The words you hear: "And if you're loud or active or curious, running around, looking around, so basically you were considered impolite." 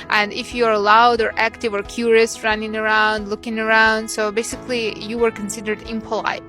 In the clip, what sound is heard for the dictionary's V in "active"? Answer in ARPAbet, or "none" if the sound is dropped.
V